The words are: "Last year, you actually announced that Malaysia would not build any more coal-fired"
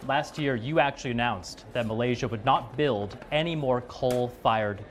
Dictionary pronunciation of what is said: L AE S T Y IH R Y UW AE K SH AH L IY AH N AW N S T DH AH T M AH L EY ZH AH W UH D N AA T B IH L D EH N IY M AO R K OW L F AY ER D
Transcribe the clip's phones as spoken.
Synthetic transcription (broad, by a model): L AE S T Y IH R Y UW AE K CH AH L IY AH N AW N S DH AH T M AH L EY ZH AH W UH D N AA T B IH L D EH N IY M AO R K OW L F AY ER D